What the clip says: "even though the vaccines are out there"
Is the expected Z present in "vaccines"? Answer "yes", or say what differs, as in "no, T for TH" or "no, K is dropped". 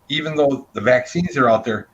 yes